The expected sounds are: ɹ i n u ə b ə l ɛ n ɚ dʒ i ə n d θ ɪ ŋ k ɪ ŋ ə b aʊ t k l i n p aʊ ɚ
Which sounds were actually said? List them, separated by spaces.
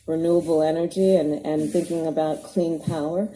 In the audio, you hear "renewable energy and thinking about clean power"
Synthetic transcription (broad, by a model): ɹ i n u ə b l ɛ n ɚ dʒ i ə n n θ ɪ ŋ k ɪ ŋ ə b aʊ t k l i n p aʊ ɚ